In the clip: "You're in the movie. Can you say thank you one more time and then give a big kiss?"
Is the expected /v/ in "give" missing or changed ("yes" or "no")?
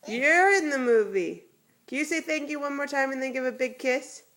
no